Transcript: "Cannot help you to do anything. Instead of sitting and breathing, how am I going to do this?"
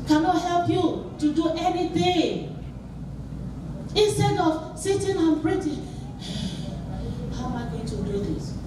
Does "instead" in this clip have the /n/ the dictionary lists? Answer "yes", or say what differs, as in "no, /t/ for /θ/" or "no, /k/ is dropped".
yes